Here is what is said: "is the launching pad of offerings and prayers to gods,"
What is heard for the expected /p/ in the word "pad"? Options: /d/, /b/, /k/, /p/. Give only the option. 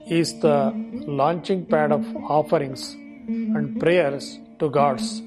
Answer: /p/